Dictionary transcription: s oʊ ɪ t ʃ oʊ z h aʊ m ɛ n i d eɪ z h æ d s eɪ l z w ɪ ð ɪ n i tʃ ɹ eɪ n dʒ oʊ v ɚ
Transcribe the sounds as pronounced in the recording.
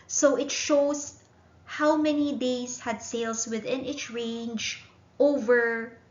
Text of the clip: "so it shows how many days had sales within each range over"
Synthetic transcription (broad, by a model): s oʊ ɪ t ʃ oʊ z h aʊ m ɛ n i d eɪ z h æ d s eɪ l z w ɪ ð ɪ n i s ɹ eɪ n dʒ oʊ v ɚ